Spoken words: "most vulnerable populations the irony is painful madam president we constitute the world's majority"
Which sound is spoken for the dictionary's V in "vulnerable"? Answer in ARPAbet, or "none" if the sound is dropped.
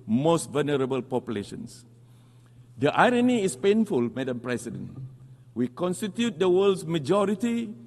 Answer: V